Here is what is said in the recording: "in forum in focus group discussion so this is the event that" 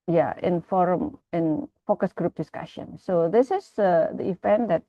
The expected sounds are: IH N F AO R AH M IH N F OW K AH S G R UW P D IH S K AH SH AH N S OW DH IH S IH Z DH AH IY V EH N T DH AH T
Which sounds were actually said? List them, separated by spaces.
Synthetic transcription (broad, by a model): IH N F AO R AH M IH N F OW K AH S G R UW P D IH S K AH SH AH N S OW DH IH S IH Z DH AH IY F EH N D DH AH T